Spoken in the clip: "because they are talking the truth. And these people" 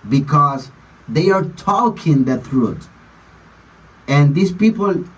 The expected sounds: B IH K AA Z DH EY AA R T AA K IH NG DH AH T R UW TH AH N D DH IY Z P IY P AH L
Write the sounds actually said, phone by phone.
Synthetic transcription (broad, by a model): B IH K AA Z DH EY AA R T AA K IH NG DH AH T R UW T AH N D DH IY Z P IY P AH L